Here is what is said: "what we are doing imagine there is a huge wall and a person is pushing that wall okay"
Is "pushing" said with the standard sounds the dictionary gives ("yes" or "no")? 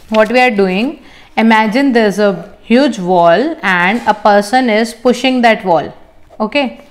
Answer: yes